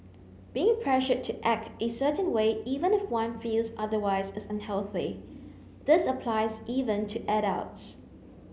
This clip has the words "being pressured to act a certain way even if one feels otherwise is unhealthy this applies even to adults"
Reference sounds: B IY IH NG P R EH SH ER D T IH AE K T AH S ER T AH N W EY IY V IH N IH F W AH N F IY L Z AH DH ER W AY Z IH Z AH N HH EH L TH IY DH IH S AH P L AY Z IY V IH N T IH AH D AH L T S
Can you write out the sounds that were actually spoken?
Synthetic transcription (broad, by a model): B IY IH NG P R EH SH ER T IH AE K T AH S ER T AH N W EY IY V IH N IH F W AH N F IY L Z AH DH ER W AY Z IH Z AH N HH EH L TH IY DH IH S AH P L AY Z IY V IH N T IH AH D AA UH T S